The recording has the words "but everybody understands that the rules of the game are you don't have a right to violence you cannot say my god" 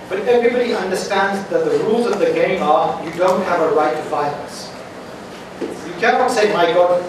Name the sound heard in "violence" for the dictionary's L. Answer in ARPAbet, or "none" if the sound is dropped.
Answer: N